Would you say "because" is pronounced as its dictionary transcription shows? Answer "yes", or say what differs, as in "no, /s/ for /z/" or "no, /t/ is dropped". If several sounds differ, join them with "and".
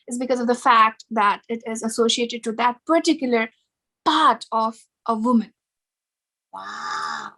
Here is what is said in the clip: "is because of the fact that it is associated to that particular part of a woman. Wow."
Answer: yes